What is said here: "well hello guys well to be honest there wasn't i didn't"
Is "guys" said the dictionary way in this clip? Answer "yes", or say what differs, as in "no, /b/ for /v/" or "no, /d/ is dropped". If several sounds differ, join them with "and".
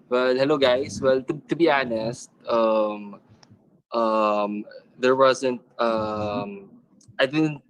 no, /s/ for /z/